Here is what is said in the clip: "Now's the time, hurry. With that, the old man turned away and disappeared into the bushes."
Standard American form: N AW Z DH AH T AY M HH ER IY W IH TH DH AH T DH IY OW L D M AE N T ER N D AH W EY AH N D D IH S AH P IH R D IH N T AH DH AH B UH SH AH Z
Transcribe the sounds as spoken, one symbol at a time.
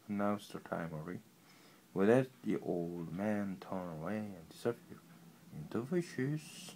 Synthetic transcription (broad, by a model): N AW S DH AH T AY M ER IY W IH DH AH T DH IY OW L D M AE N T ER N AH W EY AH N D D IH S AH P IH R IH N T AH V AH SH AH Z